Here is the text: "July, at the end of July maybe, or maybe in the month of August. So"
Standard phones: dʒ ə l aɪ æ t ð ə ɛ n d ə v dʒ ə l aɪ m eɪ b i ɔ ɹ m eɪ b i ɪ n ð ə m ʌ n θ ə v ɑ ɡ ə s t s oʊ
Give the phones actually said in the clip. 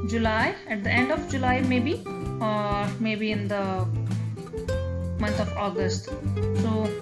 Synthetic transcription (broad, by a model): dʒ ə l aɪ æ t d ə ɛ n d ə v dʒ ə l aɪ m eɪ b i ɔ ɹ m eɪ b i ɪ n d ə m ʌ n t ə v ɑ ɡ ə s t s oʊ